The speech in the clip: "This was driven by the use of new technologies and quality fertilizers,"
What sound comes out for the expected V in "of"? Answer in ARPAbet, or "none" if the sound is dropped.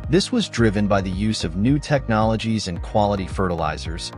V